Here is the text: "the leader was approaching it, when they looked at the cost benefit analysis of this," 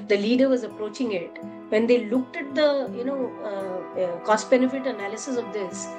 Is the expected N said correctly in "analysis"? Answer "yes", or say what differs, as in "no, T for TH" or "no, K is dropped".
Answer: yes